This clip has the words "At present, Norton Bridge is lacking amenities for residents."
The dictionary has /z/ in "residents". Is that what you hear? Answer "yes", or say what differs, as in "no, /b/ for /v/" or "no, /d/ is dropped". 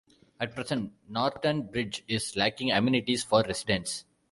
no, /s/ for /z/